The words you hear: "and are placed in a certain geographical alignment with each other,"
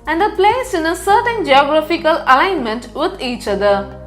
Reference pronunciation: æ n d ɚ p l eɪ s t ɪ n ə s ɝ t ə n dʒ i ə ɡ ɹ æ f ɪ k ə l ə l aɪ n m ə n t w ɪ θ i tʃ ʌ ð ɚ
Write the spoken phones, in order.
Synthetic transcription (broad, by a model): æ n d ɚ p l eɪ s ɪ n ə s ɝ t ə n dʒ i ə ɡ ɹ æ f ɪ k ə l ə l aɪ n m ə n t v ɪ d i tʃ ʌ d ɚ